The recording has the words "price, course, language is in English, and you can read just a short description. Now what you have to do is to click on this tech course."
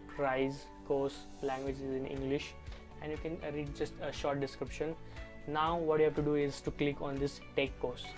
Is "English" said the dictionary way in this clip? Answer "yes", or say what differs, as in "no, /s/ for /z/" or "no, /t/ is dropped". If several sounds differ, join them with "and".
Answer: yes